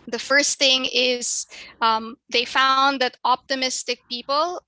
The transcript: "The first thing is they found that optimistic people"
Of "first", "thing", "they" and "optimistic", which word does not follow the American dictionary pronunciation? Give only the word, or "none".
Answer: none